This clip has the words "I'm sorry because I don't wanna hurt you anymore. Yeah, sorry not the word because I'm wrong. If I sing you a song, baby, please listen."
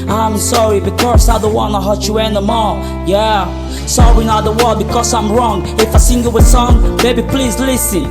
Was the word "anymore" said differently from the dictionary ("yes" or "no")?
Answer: yes